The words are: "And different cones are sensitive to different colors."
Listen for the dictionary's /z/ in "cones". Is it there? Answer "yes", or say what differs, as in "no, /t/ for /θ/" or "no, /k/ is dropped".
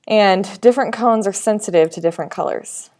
yes